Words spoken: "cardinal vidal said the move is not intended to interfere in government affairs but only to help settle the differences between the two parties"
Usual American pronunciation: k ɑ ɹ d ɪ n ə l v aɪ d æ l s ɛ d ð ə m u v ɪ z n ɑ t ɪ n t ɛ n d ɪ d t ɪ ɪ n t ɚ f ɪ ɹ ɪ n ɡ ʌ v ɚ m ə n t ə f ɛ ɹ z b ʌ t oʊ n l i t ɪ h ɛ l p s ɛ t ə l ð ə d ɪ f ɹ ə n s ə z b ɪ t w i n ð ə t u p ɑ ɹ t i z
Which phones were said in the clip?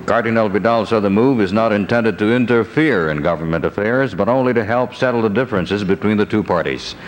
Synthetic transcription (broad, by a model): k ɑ ɹ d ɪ n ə l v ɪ d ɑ l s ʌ ð ə m u v ɪ z n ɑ t ɪ n t ɛ n d ɪ d t ɪ ɪ n t ɚ f ɪ ɹ ɪ n ɡ ʌ v ɚ m ə n t ə f ɛ ɹ z b ʌ t oʊ n l i t ɪ h ɛ l p s ɛ t l ð ə d ɪ f ɹ ə n s ə z b ɪ t w i n ð ə t u p ɑ ɹ t i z